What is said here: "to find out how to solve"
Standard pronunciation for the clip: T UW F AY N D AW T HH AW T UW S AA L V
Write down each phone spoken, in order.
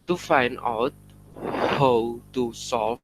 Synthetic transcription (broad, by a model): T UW F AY N AW T HH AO T UW S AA